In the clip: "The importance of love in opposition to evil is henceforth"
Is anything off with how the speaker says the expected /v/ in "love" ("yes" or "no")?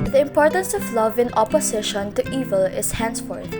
no